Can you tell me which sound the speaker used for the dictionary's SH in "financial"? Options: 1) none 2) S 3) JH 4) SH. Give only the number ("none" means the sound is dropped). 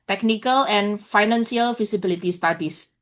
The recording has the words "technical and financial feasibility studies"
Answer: 2